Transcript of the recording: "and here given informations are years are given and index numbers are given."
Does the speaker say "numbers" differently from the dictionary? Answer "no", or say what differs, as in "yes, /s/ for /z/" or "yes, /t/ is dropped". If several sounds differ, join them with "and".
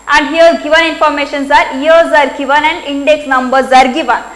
no